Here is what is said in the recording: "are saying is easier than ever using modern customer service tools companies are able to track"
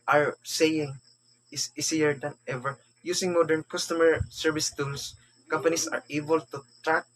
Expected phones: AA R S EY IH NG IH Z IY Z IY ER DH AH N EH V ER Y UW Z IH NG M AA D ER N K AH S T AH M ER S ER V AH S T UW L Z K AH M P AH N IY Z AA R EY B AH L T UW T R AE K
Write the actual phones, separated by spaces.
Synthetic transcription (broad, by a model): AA R S EY IH NG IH S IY S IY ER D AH N EH V ER Y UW S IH NG M AA D ER N K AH S T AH M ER S ER V AH S T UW L S K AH M P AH N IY S AA R EY B AH L T UW T R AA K